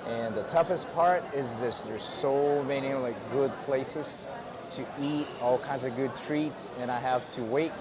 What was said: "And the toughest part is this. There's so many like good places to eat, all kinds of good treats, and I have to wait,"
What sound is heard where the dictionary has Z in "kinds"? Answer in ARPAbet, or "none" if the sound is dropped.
Z